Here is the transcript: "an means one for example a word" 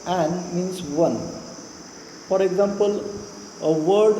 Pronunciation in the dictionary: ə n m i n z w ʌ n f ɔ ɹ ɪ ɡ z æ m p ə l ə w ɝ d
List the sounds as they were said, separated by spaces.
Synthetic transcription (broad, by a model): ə n m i n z w ʌ n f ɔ ɹ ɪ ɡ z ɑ m p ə l ə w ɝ d